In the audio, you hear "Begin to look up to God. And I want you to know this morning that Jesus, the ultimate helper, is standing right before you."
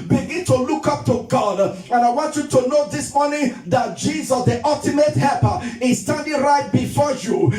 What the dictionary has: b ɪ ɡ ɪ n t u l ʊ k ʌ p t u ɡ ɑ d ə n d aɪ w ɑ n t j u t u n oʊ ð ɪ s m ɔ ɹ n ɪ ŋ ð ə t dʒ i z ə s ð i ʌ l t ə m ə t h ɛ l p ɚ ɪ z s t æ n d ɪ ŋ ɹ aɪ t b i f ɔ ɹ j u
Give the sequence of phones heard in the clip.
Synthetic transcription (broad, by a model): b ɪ ɡ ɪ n t u l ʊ k ʌ p t u ɡ ɑ d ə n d aɪ w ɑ n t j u t u n oʊ ð ɪ s m ɔ ɹ n ɪ ŋ ð ə t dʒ i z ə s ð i ʌ l t ə m ə t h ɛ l p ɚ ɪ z s t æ n d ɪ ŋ ɹ aɪ t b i f ɔ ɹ j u